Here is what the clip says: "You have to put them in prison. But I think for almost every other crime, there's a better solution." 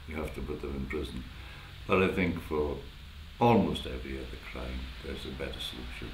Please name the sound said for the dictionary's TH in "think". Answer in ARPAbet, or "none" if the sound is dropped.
TH